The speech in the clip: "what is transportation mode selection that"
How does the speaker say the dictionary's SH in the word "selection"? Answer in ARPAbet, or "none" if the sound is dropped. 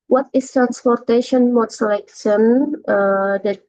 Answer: S